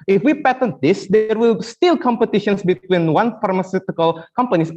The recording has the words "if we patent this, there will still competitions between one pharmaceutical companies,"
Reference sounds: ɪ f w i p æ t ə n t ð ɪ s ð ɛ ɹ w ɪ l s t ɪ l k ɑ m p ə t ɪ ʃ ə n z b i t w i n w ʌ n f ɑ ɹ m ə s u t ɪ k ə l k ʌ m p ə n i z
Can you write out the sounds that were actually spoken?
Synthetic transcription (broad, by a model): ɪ f w i p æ t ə n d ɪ s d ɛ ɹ w ɪ l s t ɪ l k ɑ m p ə t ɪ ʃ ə n s b i t w i n w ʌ n f ɑ ɹ m ə s u t ɪ k ə l k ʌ m p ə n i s